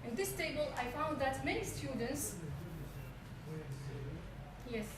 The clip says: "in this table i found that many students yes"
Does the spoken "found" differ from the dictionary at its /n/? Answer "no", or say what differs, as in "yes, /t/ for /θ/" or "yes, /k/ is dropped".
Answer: no